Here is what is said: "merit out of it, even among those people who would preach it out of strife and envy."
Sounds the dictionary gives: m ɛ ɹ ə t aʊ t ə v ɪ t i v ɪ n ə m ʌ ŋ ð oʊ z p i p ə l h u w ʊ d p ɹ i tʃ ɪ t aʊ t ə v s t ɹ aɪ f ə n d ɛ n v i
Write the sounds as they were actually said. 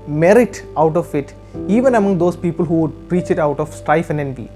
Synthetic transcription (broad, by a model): m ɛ ɹ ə t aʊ t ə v ɪ t i v ɪ n ə m ʌ ŋ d oʊ s p i p ə l h u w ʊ d p ɹ i tʃ ɪ t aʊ t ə f s t ɹ aɪ f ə n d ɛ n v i